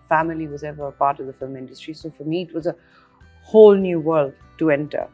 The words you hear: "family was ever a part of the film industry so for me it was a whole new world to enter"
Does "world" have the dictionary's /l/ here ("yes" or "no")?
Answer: yes